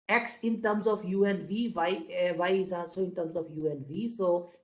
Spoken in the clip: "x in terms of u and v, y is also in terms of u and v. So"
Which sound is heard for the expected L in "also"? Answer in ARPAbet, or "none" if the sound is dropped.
none